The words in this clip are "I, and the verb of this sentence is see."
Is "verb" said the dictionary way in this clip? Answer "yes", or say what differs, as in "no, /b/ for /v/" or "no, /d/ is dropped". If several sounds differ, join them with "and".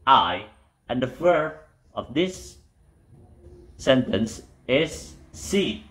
no, /f/ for /v/ and /b/ is dropped